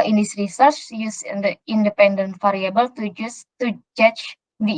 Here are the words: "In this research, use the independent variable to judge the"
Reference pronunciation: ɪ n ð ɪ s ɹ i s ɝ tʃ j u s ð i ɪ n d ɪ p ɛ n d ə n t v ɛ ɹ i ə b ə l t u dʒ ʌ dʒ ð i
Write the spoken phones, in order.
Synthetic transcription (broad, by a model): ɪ n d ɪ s ɹ i s ɝ tʃ j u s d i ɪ n d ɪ p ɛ n d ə n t f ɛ ɹ i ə b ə l t u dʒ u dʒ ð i